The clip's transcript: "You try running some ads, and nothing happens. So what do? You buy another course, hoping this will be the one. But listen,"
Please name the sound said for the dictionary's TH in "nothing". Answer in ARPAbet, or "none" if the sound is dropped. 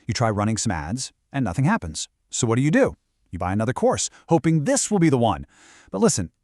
TH